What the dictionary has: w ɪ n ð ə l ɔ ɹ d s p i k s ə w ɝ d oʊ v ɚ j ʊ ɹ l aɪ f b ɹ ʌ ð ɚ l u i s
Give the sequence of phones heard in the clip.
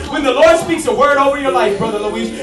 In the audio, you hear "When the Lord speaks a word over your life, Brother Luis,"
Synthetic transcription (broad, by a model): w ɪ n ð ə l ɔ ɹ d s p i k s ə w ɝ d oʊ v ɚ j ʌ ɹ l aɪ f b ɹ ʌ ð ɚ l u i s